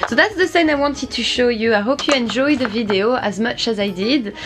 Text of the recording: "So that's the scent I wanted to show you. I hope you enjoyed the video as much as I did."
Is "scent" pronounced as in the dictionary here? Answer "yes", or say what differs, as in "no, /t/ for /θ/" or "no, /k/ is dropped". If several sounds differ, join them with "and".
no, /t/ is dropped